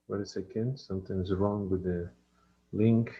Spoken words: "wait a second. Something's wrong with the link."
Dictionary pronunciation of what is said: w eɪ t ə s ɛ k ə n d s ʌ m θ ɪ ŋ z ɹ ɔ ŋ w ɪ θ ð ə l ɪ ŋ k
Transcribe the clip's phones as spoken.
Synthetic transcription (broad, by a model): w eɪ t ə s ɛ k ə n d s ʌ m t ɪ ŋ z ɹ ɔ ŋ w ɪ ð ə l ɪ ŋ k